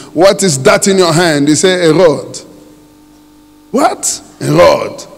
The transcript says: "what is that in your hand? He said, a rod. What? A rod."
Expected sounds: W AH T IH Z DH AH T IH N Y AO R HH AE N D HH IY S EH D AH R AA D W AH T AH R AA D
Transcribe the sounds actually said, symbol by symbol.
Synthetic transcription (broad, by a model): W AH T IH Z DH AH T IH N Y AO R HH AE N D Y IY S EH AH R AA D W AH T AH R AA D